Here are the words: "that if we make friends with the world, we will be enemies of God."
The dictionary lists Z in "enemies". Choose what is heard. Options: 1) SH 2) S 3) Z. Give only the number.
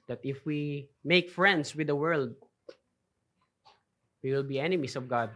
2